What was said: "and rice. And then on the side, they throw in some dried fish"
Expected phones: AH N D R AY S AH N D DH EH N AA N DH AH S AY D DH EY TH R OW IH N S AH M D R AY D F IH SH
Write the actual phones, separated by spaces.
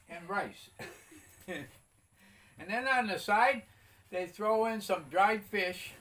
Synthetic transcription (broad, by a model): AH N R AY S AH N DH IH N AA N DH AH S AY D DH EY TH R OW IH N S AH M D R AY D F IH SH